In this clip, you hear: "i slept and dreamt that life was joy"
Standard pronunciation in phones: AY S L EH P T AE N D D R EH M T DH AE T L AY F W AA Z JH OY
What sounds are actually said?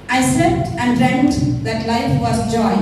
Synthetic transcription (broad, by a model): AY S EH T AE N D D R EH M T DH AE T L AY F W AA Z JH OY